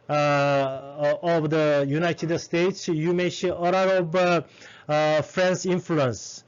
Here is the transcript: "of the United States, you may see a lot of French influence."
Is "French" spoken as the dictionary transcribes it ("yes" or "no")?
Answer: no